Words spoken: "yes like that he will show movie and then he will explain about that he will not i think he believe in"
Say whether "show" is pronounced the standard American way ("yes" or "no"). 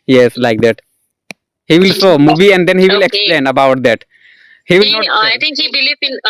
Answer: no